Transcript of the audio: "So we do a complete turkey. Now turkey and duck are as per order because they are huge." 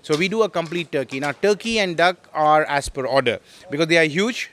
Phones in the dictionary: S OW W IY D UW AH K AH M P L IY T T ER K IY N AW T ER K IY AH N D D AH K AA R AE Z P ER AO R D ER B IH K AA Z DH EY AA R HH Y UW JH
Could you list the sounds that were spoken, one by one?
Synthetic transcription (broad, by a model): S OW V IY D UW AH K AH M P L IY T T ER K IY N AW T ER K IY AH N D D AH K AA R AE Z P ER AO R D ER B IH K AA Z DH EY AA R HH Y UW JH